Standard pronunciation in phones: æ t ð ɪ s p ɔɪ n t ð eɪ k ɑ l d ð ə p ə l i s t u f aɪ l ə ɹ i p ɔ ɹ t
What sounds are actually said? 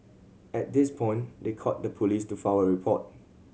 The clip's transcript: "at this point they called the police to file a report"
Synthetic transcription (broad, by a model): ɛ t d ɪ s p ɔɪ n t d eɪ k ɑ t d ə p ə l i s t u f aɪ w ə ɹ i p ɔ t